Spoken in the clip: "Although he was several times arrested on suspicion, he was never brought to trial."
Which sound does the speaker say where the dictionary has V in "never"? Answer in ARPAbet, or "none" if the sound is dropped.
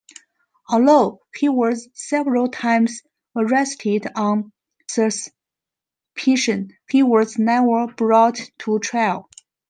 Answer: none